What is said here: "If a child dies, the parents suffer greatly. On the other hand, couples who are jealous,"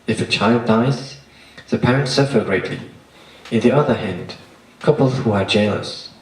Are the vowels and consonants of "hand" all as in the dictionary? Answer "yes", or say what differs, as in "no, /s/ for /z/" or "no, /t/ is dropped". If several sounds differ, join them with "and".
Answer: yes